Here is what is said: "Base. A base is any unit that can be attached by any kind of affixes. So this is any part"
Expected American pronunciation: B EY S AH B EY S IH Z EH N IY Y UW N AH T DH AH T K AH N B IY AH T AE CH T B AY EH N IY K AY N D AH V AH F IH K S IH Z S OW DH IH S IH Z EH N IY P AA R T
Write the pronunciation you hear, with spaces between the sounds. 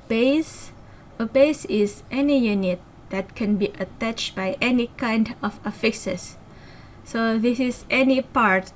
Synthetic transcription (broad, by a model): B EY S AH B EY S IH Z EH N IY Y UW N AH T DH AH T K AH N B IY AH T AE CH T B AY EH N IY K AY N D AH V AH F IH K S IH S S OW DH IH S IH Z EH N IY P AA R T